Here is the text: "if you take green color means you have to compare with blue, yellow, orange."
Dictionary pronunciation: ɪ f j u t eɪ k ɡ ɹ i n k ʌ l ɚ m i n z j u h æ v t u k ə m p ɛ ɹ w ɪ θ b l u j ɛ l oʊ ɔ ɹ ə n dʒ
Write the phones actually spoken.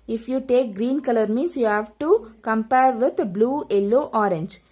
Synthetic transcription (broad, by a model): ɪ f j u t eɪ k ɡ ɹ i n k ʌ l ɚ m i n s j u h æ v t u k ə m p ɛ ɹ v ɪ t b l u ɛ l oʊ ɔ ɹ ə n dʒ